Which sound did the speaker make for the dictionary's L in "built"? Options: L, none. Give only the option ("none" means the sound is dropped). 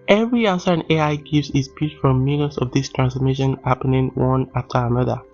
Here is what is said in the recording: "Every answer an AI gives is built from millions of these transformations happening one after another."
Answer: none